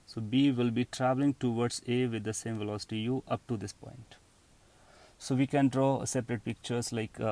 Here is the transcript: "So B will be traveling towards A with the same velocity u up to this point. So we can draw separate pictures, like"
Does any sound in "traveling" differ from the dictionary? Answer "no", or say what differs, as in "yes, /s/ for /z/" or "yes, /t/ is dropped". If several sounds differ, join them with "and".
no